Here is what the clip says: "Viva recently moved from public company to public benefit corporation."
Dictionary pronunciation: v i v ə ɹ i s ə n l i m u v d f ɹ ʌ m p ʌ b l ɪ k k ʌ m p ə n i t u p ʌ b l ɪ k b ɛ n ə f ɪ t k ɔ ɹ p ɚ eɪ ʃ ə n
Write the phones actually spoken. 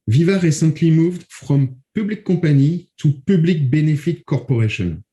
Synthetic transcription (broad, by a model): v i v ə ɹ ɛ s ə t l i m u v d f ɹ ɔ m p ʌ b l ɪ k k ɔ p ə n i t u p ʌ b l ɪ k b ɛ n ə f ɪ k ɔ ɹ p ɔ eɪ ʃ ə n